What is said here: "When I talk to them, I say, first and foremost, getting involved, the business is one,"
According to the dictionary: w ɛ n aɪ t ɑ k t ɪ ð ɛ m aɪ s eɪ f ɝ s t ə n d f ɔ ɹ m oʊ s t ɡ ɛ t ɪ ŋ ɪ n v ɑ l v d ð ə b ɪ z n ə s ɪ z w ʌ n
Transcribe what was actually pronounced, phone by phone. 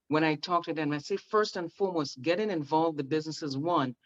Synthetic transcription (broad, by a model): w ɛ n aɪ t ɑ k t ɪ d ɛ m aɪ s eɪ f ɝ s t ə n f ɔ ɹ m oʊ s t ɡ ɛ t ɪ ŋ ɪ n v ɑ l v ð ə b ɪ z n ə s ɪ z w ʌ n